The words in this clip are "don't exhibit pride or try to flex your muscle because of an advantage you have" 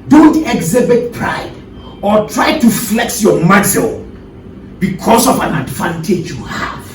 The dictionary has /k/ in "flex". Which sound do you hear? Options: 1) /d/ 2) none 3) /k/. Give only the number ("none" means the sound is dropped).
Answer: 3